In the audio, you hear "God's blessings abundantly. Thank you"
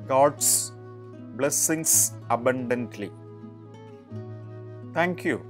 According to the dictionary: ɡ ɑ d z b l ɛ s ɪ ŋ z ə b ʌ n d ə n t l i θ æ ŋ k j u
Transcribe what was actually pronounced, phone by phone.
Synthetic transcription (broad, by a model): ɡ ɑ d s b l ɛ s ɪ ŋ s ə b ʌ n d ə n t l i t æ ŋ k j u